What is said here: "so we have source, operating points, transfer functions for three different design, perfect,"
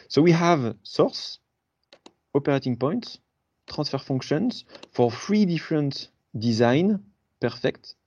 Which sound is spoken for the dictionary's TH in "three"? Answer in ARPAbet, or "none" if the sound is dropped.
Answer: F